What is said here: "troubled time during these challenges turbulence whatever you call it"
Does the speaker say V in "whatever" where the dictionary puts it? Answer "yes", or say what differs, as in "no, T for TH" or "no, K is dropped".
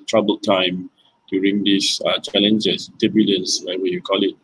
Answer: no, W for V